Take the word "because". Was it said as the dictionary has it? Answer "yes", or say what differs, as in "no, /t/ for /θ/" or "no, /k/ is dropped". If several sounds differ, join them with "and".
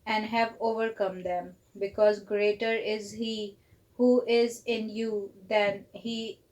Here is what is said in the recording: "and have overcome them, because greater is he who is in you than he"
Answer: yes